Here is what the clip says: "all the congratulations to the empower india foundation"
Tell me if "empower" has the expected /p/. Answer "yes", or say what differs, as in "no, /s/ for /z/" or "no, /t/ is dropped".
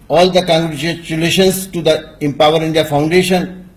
yes